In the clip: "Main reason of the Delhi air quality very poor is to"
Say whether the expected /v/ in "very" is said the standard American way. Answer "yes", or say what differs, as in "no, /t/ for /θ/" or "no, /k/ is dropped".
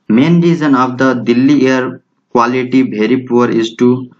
no, /b/ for /v/